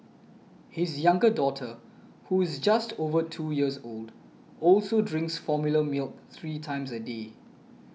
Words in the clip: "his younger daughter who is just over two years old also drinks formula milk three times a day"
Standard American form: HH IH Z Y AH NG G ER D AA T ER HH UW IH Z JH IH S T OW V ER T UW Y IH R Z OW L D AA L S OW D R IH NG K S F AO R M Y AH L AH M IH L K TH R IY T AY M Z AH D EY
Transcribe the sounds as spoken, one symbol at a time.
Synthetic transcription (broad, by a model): HH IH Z Y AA NG G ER D AA T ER HH UW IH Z JH IH S T OW V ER T UW Y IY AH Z OW L D AA L S OW D R IH NG K S F AO M Y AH L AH M IH L K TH R IY T AY M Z AH D EY